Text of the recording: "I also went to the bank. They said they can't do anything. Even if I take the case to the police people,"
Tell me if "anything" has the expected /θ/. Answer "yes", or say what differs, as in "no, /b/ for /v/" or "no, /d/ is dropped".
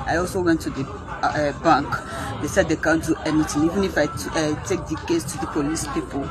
no, /t/ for /θ/